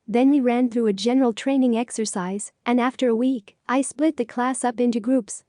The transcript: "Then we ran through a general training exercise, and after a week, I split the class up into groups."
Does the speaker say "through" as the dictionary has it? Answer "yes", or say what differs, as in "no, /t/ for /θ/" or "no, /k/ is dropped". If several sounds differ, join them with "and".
yes